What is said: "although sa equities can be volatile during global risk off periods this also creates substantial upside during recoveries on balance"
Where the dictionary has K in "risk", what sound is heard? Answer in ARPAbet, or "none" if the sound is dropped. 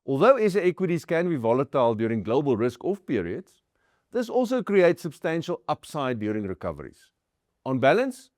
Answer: K